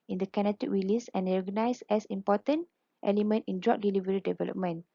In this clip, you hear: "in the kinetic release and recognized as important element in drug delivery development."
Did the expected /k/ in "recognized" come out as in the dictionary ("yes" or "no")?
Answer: no